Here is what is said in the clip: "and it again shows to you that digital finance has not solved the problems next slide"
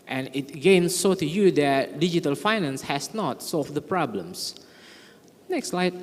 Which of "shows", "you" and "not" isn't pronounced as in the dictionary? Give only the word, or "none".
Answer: shows